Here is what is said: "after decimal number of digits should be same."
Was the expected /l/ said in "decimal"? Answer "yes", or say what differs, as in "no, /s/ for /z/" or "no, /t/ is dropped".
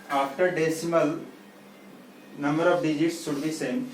yes